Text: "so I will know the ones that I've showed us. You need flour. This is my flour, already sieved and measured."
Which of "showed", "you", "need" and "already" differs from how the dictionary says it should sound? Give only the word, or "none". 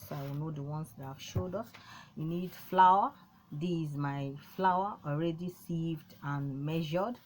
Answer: none